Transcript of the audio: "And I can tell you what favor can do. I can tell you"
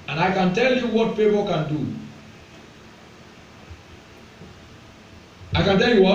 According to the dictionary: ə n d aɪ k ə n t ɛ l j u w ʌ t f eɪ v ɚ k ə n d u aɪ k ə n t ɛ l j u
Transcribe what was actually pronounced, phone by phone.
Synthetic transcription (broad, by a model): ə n aɪ k ə n t ɛ l j u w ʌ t p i p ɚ k ə n d u aɪ k ə n t ɛ l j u